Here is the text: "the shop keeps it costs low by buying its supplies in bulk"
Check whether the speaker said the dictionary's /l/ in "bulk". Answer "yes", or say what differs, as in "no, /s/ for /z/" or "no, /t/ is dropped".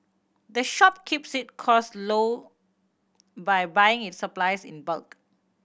yes